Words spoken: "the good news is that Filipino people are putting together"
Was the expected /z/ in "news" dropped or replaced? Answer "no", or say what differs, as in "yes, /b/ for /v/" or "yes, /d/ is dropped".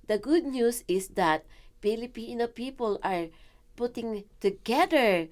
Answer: yes, /s/ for /z/